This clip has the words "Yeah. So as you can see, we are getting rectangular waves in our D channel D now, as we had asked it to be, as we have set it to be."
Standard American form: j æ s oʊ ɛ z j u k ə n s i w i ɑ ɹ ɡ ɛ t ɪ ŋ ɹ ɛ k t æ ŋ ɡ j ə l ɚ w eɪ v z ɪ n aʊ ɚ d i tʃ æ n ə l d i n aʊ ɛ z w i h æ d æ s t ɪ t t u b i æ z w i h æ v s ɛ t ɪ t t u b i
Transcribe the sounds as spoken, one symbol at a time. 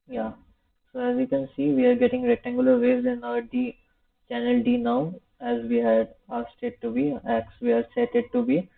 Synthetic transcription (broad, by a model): j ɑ s oʊ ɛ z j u k ə n s i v i ɑ ɹ ɡ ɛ t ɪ ŋ ɹ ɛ t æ ŋ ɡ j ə l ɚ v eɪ z ɪ n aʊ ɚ d i tʃ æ n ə l d i n aʊ ɛ z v i h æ d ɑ s t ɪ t t u b i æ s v i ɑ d s ɛ t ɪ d t u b i